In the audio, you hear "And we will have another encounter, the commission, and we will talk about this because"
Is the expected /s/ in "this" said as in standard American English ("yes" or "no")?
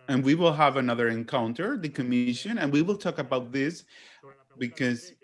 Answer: yes